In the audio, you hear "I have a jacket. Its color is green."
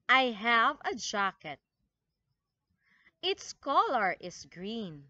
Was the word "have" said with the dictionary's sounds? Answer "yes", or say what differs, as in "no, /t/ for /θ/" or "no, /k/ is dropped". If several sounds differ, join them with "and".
yes